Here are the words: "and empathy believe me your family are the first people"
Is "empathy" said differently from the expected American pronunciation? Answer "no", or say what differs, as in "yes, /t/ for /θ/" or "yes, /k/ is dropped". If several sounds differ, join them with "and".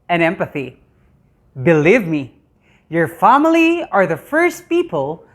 no